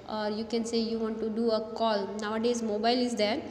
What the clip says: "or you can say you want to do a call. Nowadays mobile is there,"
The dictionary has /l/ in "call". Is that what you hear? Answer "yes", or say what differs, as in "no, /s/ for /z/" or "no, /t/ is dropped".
yes